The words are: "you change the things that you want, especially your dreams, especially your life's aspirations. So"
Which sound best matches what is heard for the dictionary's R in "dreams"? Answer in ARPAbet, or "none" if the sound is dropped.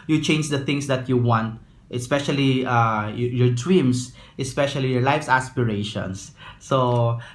W